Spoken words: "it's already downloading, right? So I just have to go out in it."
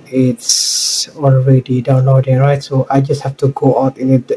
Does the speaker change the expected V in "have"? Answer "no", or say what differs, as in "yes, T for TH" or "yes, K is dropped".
yes, F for V